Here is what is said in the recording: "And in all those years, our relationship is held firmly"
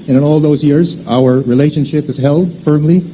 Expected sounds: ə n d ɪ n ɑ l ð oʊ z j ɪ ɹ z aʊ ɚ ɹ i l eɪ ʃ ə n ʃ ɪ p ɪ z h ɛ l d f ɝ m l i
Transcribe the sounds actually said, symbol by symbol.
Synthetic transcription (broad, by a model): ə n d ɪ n ɑ l ð oʊ z j ɪ ɹ z aʊ ɚ ɹ i l eɪ ʃ ə n ʃ ɪ p ɪ z h ɛ l d f ɝ m l i